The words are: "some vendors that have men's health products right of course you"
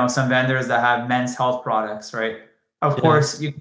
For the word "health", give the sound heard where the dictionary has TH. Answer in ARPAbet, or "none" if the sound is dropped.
TH